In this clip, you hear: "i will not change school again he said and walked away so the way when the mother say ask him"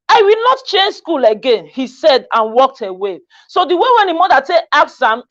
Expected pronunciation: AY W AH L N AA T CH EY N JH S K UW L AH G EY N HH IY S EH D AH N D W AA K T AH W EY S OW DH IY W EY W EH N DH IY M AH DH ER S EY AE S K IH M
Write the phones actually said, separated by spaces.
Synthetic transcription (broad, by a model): AY W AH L N AA T CH EY N JH S K UW L AH G EY N HH IY S EH D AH N W AA K T AH W EY S OW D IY W EY W EH N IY M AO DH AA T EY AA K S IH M